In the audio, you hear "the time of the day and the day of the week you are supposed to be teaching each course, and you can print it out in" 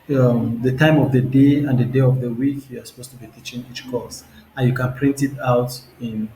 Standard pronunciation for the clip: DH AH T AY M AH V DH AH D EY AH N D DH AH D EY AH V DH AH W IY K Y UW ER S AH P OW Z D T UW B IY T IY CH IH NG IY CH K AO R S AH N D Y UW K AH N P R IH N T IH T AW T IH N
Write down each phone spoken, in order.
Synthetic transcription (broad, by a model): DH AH T AY M AH V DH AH D EY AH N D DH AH D EY AH V DH AH W IY K Y UW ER S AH P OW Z T UW B IY T IY CH IH NG IY CH K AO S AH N Y UW K AH N P R IH N T IH T AW T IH N